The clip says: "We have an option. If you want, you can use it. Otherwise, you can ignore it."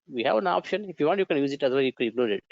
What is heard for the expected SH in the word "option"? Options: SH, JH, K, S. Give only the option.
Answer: SH